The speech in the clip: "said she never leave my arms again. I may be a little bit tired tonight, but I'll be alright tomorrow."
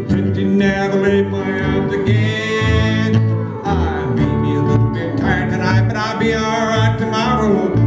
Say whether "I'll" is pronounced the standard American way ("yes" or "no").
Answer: yes